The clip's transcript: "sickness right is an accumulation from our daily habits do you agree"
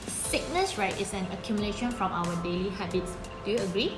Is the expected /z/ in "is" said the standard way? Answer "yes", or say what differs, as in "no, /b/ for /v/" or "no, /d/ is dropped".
no, /s/ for /z/